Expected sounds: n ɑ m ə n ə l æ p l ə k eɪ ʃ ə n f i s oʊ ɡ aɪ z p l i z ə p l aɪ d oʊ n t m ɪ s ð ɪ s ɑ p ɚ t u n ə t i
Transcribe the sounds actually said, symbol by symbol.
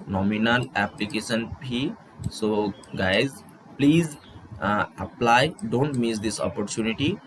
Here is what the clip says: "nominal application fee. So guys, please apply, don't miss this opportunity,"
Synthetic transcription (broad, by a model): n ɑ m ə n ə l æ p l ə k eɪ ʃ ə n p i s oʊ ɡ aɪ z p l i z ə p l aɪ d oʊ n t m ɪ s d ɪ s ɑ p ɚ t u n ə t i